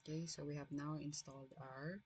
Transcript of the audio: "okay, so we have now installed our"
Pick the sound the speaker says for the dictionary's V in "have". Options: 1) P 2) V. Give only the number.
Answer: 2